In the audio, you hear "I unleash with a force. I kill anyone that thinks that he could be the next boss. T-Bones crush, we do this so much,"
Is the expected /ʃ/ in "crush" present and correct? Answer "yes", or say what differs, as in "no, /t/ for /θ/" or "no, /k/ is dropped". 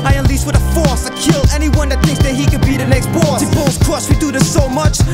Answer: no, /s/ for /ʃ/